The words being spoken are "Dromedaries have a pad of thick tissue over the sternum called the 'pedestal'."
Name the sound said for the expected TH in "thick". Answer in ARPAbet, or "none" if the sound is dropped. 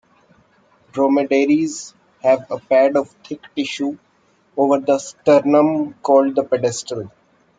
T